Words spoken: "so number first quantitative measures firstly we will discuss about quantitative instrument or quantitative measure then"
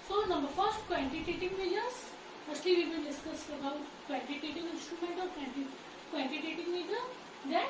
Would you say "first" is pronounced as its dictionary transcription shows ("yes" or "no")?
yes